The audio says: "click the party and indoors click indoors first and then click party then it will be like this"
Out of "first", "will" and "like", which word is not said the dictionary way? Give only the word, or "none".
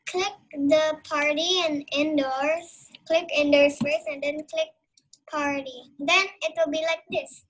first